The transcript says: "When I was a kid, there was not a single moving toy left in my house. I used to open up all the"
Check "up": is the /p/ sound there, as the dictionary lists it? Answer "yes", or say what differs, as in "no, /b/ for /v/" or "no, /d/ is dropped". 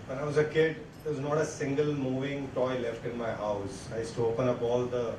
no, /b/ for /p/